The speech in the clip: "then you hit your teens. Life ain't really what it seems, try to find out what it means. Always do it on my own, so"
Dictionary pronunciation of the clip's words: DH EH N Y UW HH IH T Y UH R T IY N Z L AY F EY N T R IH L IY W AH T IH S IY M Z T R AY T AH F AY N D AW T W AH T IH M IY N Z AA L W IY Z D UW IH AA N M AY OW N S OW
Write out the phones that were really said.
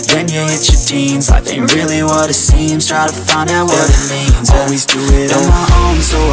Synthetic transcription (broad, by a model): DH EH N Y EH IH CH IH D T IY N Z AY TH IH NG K R IH L IY W AH T IH S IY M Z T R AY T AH F AY N D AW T W AH T IH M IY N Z AA L W IY Z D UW IH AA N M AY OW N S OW